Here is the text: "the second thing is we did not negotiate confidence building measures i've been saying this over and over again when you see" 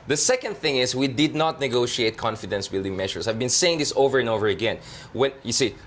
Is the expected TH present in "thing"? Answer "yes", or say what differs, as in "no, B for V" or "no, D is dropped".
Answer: yes